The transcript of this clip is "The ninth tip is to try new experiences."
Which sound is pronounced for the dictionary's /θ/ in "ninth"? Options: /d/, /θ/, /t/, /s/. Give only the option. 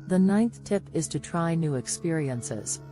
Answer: /θ/